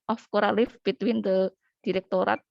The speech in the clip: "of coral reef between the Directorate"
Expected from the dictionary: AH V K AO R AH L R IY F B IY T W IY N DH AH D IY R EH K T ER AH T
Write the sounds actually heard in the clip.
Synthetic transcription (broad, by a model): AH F K AO R AH L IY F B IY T W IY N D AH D IY R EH K T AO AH T